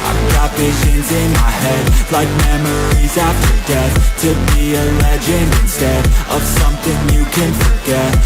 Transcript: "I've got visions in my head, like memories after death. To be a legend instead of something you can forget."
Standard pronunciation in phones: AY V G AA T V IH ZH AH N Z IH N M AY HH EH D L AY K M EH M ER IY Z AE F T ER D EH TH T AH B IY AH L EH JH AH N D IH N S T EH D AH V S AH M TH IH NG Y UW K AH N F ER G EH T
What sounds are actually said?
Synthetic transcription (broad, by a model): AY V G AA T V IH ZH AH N Z IH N M AY HH EH D L AY K M EH M ER IY Z AE F T ER D EH TH T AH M IY AH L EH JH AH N IH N S T EH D AH V S AH M TH IH NG Y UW K AH N F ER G EH T